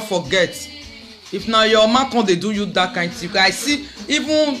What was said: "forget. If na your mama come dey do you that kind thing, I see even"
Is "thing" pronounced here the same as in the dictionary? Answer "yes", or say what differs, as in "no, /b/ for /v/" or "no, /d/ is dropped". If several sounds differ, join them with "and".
no, /t/ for /θ/